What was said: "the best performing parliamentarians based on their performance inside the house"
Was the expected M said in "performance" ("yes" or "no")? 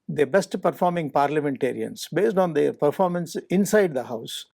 yes